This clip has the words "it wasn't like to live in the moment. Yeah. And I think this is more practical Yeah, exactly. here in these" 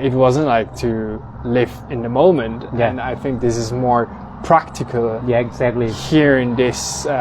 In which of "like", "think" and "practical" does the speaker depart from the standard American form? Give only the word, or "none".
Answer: none